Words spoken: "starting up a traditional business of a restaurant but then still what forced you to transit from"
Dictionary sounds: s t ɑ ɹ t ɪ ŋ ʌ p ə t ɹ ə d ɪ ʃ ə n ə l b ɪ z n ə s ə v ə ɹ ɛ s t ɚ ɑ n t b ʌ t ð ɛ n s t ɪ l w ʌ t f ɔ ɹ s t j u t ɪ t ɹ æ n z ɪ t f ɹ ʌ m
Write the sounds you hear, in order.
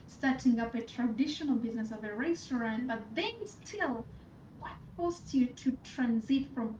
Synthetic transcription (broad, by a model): s t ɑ ɹ t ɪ ŋ ʌ p ə t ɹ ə d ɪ ʃ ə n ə l b ɪ z n ə s ə v ə ɹ ɛ s t ɚ ɑ n t b ʌ t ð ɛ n s t ɪ l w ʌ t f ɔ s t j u t ɪ t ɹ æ n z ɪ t f ɹ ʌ m